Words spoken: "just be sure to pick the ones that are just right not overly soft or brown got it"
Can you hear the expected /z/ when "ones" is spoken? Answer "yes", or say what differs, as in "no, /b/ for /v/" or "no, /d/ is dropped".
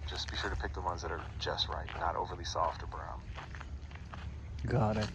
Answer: yes